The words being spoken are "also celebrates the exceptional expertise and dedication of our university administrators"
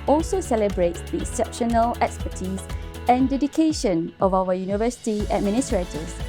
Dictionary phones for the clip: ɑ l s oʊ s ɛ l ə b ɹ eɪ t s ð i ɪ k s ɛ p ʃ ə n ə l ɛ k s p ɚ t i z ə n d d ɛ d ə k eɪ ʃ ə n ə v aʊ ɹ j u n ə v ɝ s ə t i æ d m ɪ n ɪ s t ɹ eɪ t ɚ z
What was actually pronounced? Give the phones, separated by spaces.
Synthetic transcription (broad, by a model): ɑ l s oʊ s ɛ l ə b ɹ eɪ t s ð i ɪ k s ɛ p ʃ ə n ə l ɛ k s p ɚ t i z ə n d d ɛ d ə k eɪ ʃ ə n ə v aʊ w j u n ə v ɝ s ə t i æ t m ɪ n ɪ s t ɹ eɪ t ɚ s